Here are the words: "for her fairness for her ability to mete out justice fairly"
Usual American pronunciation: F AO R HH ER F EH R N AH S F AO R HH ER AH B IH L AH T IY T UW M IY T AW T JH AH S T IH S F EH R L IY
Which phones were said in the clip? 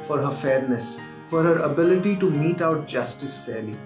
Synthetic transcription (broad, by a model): F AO R HH ER F EH R N AH S F AO R HH ER AH B IH L AH T IY T UW M IY T AW T JH AH S T IH S F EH R L IY